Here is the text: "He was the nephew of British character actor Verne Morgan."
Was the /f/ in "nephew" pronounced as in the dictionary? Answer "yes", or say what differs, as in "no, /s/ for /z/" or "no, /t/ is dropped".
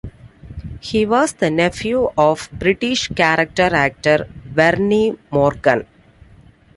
yes